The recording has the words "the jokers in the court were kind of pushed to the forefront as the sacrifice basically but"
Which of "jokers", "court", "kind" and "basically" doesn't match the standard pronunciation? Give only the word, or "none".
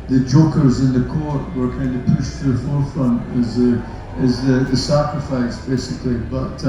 none